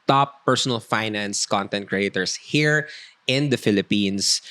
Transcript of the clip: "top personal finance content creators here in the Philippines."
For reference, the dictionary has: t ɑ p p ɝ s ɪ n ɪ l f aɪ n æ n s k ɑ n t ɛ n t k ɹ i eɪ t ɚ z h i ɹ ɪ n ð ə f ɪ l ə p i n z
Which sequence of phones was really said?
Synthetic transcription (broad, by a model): t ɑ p p ɝ s ɪ n ɪ l f aɪ n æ n s k ɑ n t ɛ n t k ɹ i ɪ t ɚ s h i ɹ ɪ n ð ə f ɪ l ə p i n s